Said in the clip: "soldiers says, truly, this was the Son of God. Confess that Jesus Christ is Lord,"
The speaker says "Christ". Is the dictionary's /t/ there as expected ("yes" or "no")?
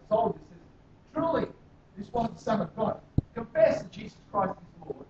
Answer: yes